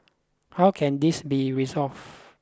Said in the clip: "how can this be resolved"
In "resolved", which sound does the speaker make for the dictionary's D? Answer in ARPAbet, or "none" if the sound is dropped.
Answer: none